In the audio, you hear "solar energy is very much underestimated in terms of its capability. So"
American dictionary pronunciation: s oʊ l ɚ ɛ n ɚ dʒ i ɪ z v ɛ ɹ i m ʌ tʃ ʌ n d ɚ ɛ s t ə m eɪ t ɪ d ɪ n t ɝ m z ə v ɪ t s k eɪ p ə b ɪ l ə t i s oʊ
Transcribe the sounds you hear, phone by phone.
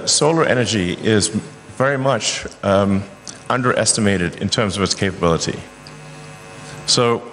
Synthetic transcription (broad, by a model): s oʊ l ɚ ɛ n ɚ dʒ i ɪ z v ɛ ɹ i m ʌ tʃ ʌ n d ɚ ɛ s t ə m eɪ t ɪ d ɪ n t ɝ m z ə v ɪ t s k eɪ p ə b ɪ l ə t i s oʊ